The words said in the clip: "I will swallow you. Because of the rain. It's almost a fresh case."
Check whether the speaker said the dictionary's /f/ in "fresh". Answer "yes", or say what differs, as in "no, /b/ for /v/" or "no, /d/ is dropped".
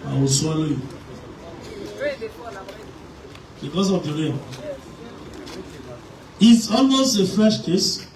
yes